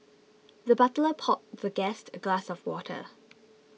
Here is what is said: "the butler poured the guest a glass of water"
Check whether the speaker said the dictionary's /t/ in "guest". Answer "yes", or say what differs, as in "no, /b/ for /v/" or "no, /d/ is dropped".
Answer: yes